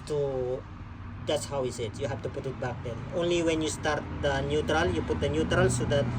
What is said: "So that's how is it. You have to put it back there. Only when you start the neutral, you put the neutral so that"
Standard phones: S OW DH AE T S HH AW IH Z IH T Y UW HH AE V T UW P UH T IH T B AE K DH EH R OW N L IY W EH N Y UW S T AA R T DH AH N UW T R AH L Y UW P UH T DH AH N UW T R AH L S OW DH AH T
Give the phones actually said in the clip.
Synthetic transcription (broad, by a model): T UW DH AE T S HH AW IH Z IH T Y UW HH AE F T UW P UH T IH T B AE K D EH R OW N L IY W EH N Y UW S T AA R T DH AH N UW T R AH L Y UW P UH T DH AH N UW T R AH L S OW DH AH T